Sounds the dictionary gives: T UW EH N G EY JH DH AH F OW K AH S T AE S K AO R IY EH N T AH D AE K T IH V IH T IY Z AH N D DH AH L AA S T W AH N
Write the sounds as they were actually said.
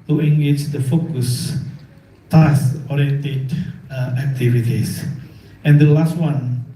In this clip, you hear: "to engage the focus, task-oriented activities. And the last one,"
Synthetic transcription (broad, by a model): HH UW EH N G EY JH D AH F OW K AH S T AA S AO R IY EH N T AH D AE K T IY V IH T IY S AH N D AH L AA S T W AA N